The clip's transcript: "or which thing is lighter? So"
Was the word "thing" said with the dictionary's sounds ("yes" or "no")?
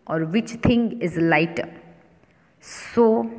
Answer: no